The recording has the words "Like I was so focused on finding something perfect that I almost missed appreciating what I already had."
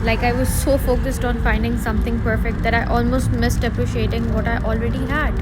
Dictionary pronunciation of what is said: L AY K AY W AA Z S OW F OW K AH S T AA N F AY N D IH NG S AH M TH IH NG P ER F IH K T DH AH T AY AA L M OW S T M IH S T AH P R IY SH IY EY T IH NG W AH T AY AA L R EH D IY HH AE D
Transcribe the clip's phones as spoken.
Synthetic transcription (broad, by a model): L AY K AY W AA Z S OW F OW K AH S T AA N F AY N D IH NG S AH M T IH NG P ER F IH K T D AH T AY AA L M OW S T M IH S T AH P R IY SH IY EY T IH NG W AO T AY AA L R EH D IY HH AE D